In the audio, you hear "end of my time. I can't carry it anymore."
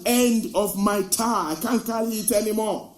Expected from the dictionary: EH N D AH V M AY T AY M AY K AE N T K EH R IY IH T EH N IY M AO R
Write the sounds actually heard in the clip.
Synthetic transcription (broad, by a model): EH N D AH V M AY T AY AY K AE N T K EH L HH IH T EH N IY M AO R